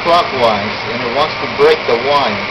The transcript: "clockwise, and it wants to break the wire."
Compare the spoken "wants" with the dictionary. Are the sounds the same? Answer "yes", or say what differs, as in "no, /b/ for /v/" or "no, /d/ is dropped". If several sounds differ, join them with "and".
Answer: yes